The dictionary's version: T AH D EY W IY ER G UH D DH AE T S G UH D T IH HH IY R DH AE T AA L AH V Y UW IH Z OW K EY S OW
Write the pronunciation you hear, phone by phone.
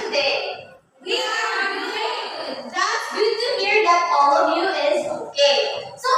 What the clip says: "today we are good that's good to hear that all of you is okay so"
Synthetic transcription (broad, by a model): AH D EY W IY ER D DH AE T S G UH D T IH HH IY R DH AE T AA L AH V Y UW IH Z OW K EY S OW